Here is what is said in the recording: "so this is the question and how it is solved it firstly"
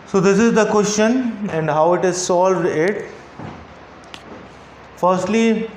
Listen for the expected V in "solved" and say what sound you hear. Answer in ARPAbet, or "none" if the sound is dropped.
V